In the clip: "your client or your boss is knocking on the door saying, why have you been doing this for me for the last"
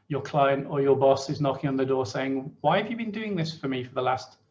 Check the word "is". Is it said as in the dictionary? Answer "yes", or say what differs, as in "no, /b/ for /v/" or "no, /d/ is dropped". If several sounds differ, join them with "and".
yes